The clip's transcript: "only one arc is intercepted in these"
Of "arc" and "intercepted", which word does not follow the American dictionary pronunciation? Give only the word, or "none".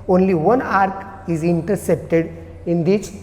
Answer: none